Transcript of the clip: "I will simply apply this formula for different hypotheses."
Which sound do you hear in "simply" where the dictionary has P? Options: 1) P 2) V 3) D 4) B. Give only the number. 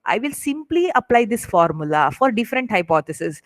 1